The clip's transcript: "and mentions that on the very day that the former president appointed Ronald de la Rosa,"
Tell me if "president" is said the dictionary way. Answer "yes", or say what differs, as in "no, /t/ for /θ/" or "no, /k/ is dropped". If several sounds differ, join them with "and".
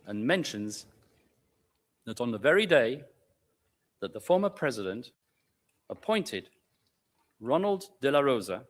yes